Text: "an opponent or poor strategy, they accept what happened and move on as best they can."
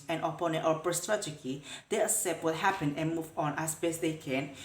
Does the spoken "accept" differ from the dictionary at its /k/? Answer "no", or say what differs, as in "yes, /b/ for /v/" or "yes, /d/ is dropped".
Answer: yes, /k/ is dropped